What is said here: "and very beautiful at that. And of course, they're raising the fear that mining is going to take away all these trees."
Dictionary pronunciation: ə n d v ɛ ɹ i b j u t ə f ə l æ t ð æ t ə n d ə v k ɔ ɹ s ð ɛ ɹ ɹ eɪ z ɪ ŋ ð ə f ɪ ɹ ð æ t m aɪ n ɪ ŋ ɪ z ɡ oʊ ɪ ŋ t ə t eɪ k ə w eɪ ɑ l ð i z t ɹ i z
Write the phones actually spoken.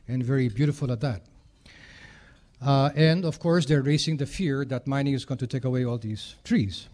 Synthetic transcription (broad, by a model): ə n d v ɛ ɹ i b j u t ə f ə l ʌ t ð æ t ə n d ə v k ɔ ɹ s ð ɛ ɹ ɹ eɪ s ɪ ŋ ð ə f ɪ ɹ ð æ t m aɪ n ɪ ŋ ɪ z ɡ oʊ ɪ ŋ t ə t eɪ k ə w eɪ ɑ l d i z t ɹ i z